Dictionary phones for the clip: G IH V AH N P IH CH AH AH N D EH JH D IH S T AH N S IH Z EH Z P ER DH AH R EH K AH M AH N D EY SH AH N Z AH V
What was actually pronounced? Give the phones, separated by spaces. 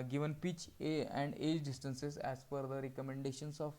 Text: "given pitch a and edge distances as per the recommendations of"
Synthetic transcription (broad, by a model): G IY V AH N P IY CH AH AH N D EH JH D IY S T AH N S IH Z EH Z F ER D AH R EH K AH M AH N D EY SH AH N S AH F